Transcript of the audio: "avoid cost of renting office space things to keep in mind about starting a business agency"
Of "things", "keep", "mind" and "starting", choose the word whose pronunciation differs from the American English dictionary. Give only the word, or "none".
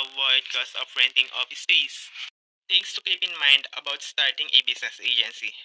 things